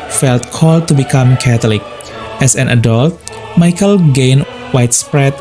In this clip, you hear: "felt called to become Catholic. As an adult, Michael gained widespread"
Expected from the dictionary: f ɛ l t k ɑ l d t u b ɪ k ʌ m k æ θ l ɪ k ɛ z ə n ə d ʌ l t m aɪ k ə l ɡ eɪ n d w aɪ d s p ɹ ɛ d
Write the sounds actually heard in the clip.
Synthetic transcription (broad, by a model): f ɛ l t k ɑ l d t u b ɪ k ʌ m k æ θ l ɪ k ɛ s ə n ə d ʌ l t m aɪ k ə l ɡ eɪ n w aɪ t s p ɹ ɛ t